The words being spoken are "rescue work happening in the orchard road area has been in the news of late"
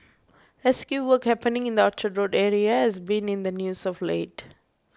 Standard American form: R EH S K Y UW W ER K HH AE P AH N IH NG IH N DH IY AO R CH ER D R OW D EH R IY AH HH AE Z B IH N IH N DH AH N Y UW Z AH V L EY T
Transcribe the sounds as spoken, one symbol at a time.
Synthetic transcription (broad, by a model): R EH S K Y UW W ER K HH AE P AH N IH NG IH N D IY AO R CH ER D R OW D EH R IY AH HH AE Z B IH N IH N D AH N Y UW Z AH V L EY T